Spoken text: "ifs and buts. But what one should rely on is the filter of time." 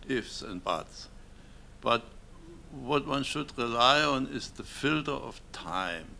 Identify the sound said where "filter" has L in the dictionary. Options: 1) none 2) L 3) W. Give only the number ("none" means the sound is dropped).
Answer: 2